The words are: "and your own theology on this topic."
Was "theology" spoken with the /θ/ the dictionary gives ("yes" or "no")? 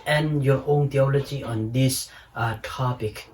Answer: no